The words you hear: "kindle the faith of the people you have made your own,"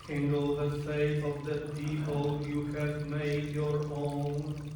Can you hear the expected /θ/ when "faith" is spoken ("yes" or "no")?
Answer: no